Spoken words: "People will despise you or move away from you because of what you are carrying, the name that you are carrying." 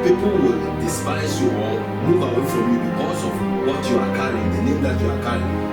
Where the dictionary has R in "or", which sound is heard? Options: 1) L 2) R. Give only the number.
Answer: 1